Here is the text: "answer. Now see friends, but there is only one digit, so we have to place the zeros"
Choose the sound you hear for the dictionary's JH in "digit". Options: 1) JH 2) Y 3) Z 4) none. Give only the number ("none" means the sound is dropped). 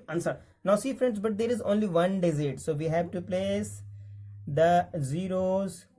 3